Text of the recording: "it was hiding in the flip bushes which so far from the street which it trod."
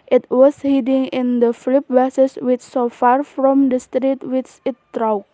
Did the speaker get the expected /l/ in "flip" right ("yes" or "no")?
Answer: yes